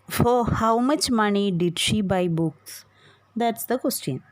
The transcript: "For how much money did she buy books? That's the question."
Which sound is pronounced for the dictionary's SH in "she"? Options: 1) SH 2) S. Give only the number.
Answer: 1